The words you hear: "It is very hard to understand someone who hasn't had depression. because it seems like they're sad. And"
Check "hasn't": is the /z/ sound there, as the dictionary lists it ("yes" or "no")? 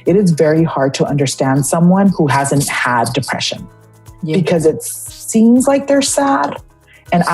yes